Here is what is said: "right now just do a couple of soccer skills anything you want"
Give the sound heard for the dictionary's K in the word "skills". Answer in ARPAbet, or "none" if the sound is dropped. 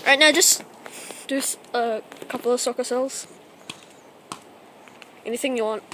none